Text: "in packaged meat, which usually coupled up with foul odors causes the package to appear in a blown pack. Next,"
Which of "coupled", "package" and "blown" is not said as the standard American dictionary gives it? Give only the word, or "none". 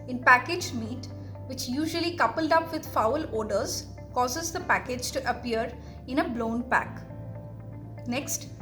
none